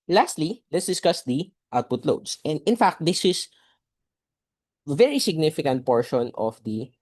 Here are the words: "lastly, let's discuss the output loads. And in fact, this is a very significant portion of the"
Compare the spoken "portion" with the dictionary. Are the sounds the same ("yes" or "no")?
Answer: yes